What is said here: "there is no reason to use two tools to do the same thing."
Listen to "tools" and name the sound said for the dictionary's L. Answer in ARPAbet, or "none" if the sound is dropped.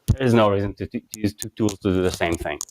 L